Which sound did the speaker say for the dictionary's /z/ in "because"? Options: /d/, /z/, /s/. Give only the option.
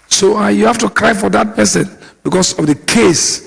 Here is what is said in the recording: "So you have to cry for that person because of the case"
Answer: /s/